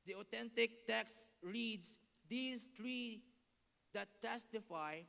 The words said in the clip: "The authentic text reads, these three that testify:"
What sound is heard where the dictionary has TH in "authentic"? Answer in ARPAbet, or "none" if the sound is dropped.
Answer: T